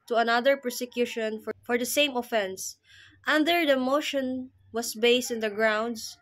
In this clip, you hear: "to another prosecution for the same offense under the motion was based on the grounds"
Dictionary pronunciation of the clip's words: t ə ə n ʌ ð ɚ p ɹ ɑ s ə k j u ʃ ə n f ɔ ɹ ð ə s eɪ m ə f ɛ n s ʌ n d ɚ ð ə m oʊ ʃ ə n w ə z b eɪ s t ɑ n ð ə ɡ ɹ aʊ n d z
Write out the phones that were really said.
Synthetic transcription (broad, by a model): t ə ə n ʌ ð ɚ p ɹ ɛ s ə k j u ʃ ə n f ɔ ɹ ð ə s eɪ m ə f ɛ n s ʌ n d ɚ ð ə m oʊ ʃ ə n w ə s b eɪ s t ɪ n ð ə ɡ ɹ aʊ n d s